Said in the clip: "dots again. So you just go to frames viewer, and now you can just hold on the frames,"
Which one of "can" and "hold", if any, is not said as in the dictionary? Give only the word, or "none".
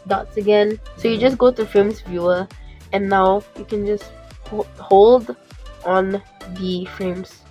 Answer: none